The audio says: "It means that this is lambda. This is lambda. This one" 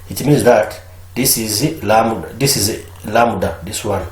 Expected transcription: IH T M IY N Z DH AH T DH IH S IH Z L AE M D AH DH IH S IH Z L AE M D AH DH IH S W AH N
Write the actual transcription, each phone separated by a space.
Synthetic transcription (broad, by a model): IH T M IY N Z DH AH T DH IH S IH Z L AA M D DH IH S IH Z L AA M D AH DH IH S W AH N